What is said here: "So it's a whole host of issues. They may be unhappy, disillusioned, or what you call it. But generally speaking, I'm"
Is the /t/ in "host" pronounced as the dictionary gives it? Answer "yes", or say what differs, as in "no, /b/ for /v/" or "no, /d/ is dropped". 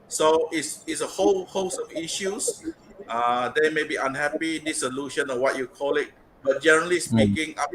no, /t/ is dropped